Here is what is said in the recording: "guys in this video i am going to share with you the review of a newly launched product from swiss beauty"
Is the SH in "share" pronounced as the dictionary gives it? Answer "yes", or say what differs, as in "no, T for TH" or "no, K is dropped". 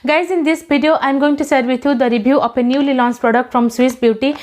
no, S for SH